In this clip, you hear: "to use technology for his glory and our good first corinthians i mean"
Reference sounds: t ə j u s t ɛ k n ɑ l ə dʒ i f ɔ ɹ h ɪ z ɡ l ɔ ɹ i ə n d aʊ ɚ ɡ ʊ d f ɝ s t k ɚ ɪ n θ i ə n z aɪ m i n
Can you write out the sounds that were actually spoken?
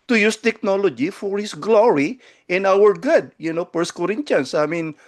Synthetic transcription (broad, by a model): t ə j u s t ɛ k n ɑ l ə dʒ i f ɔ ɹ h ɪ s ɡ l ɔ ɹ i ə n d aʊ ɚ ɡ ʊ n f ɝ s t k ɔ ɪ n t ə n s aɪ m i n